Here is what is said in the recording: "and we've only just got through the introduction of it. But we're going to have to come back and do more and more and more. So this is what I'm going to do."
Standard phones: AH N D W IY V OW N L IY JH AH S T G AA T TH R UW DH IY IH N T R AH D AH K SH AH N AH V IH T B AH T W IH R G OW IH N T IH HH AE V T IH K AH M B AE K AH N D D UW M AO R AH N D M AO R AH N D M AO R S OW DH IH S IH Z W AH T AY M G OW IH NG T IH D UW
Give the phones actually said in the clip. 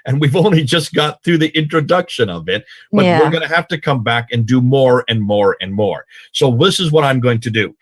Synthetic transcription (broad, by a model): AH N W IY V OW N L IY JH AH S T G AA T TH R UW DH IY IH N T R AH D AH K SH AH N AH V IH T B AH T W IH R G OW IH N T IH HH AE F T IH K AH M B AE K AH N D D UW M AO R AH N M AO R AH N M AO R S OW DH IH S IH Z W AH T AY M G OW IH NG T IH D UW